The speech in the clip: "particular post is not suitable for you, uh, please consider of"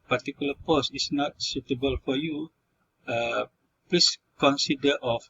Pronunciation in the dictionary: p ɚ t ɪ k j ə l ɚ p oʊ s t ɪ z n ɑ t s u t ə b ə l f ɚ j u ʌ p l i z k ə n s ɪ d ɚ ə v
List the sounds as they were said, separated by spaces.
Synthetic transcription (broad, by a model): p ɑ t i k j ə l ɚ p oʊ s ɪ s n ɑ t s u t ə b ə l f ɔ j u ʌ p l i s k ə n s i d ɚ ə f